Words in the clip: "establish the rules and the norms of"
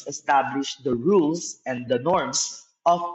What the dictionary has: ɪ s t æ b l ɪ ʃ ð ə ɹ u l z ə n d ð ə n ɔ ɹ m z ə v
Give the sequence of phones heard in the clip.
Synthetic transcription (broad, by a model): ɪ s t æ b l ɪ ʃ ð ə ɹ u l s ə n d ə n ɔ ɹ m s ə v